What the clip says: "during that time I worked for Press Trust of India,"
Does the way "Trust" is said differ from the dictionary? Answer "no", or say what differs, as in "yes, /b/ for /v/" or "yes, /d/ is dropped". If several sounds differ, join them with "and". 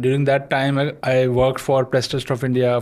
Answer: yes, /ɹ/ is dropped